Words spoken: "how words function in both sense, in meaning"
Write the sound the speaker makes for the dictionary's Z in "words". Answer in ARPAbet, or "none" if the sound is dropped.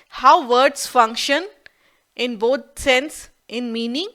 S